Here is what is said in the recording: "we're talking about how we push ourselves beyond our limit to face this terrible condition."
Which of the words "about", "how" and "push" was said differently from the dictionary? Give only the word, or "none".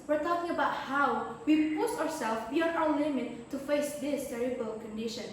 push